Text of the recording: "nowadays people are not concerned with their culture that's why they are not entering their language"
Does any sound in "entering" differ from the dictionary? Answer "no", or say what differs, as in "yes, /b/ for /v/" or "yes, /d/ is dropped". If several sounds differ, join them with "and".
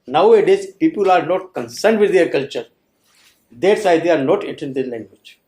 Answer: yes, /n/ is dropped